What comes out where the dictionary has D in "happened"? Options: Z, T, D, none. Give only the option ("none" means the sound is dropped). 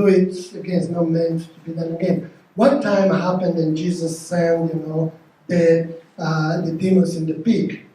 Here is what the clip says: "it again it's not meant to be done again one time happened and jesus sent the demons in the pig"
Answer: D